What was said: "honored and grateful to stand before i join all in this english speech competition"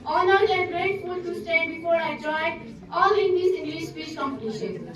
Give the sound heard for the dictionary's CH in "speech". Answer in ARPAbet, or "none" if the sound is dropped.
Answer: S